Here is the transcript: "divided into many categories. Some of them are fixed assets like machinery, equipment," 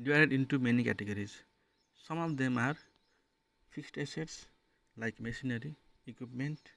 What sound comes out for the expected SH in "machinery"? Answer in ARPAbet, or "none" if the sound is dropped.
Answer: S